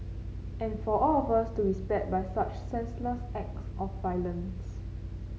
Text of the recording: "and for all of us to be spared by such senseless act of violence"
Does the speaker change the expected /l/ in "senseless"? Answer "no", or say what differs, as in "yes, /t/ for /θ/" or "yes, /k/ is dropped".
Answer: no